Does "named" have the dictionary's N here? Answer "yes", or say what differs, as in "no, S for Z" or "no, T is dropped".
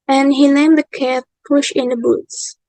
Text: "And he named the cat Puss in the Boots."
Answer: no, L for N